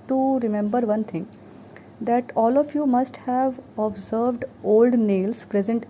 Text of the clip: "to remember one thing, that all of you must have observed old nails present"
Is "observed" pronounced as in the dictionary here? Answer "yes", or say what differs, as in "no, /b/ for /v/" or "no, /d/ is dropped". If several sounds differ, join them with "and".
yes